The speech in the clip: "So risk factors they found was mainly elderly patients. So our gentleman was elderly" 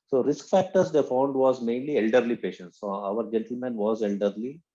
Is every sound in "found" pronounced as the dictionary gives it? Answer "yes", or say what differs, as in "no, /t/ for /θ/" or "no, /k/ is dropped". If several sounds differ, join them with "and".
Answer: yes